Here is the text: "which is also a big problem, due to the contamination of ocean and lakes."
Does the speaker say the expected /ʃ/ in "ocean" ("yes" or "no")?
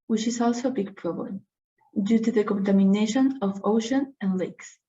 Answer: yes